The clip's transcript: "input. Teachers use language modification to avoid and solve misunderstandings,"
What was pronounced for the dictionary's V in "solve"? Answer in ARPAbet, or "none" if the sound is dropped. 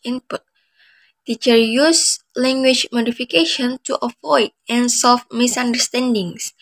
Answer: F